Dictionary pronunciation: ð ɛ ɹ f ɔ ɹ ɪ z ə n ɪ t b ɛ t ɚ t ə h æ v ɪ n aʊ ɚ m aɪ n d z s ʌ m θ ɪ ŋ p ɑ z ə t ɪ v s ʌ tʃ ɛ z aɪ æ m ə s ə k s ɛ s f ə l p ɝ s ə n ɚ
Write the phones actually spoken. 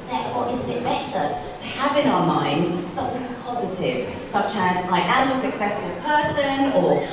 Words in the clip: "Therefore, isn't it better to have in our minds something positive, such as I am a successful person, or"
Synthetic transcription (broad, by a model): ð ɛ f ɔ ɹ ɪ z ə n ɪ t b ɛ t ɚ t ə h v ɪ n aʊ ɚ m aɪ n d z s ʌ m θ ɪ ŋ p ɑ z ə t ɪ v s ʌ tʃ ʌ z aɪ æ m ə s ə k s ɛ s f ə l p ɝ s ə n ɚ